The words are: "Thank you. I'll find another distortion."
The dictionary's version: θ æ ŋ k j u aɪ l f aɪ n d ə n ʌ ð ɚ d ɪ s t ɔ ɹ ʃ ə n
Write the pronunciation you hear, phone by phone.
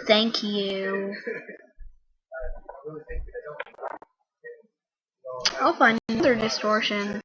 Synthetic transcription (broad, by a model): θ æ ŋ k j u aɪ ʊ f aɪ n ə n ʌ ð ɚ d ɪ s t ɔ ɹ ʃ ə n